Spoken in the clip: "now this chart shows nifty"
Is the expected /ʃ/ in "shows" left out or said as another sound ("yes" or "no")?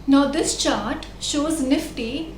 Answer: no